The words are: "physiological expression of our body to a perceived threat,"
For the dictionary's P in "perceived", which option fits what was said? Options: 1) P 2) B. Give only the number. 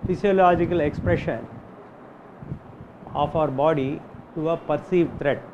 1